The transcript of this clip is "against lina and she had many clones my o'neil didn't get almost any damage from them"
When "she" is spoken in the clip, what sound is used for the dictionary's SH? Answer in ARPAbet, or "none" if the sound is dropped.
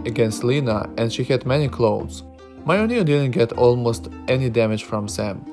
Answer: SH